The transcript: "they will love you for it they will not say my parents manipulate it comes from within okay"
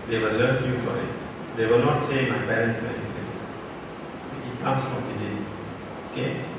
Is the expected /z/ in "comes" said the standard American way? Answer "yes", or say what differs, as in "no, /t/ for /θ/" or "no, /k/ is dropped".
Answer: no, /s/ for /z/